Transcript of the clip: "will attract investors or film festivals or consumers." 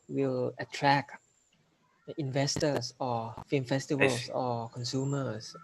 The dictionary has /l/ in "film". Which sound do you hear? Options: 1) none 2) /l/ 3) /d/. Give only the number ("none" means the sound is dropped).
1